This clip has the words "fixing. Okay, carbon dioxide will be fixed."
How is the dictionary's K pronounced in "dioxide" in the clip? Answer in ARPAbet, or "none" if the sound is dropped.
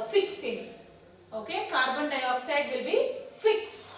none